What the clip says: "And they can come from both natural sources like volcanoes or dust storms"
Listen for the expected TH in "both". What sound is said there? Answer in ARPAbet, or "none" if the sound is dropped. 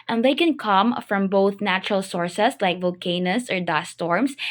TH